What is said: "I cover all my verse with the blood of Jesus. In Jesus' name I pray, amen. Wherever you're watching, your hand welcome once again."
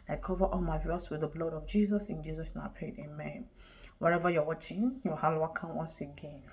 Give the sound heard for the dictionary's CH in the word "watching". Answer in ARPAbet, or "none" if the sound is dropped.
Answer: CH